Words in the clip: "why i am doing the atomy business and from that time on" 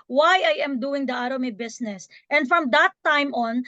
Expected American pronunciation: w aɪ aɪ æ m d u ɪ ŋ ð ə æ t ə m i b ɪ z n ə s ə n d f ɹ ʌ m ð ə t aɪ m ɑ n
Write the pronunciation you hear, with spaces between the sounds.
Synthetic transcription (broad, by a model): w aɪ aɪ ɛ m d u ɪ ŋ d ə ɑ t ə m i b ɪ s n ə s ə n d f ɹ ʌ m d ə t aɪ m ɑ n